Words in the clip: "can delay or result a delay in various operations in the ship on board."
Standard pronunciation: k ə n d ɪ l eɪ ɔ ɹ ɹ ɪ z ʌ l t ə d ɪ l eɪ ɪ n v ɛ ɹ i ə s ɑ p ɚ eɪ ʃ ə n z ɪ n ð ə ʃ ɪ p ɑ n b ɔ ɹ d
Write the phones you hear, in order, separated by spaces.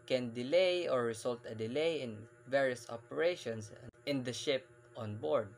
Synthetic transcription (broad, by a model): k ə n d ɪ l eɪ ɔ ɹ ɹ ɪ s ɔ l t ə d ɪ l eɪ ɪ n v ɛ ɹ i ə s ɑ p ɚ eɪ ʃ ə n s ɪ n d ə ʃ ɪ p ɑ n b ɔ ɹ d